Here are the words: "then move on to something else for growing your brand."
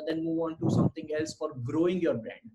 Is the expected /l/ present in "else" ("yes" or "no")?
yes